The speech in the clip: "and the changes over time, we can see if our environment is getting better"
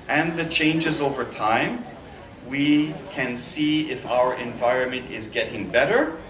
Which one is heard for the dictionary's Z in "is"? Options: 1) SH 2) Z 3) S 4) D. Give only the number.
2